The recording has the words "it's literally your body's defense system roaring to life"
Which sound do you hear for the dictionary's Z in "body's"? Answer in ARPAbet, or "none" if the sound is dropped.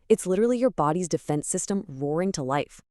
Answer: Z